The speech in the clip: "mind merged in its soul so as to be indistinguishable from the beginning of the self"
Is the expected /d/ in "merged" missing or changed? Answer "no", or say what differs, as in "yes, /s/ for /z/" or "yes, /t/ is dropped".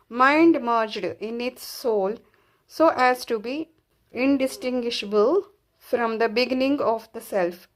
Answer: no